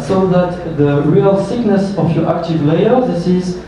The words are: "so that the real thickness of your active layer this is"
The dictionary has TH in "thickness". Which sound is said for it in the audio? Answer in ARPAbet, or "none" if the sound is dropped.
S